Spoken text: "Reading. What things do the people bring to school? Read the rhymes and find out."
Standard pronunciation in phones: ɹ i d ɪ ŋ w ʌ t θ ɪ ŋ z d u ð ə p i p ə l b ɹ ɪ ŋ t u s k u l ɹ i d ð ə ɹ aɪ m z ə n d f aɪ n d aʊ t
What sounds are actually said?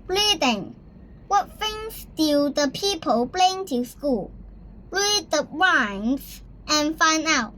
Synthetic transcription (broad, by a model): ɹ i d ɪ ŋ w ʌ t f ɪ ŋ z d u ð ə p i p ə l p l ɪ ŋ t u s k u l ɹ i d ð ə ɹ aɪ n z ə n f aɪ n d aʊ t